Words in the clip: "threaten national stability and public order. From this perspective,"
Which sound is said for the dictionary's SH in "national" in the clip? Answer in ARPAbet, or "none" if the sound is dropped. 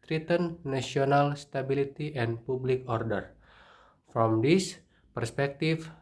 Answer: none